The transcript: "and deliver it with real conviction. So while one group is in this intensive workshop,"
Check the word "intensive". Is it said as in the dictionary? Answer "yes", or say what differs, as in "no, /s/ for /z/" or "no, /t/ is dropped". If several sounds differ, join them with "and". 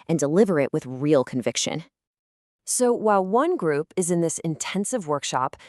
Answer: yes